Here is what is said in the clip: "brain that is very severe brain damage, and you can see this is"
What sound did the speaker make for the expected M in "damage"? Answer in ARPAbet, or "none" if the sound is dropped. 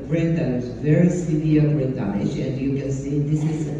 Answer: none